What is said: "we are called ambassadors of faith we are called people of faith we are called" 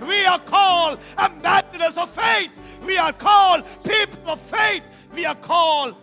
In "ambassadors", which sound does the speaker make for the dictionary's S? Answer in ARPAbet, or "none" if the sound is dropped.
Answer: TH